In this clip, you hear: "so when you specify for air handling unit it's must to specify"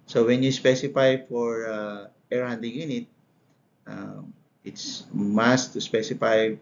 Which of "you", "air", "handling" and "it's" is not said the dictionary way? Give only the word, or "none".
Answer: handling